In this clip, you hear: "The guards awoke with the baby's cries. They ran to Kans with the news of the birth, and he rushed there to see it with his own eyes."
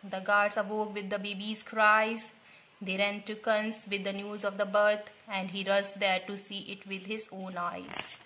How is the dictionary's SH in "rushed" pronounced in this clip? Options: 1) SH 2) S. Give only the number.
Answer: 2